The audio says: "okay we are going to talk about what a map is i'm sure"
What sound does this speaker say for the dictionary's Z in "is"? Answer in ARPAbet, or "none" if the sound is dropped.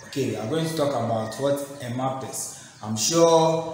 S